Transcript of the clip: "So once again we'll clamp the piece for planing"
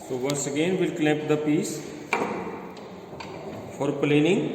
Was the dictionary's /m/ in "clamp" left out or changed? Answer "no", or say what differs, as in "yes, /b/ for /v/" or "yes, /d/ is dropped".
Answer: yes, /m/ is dropped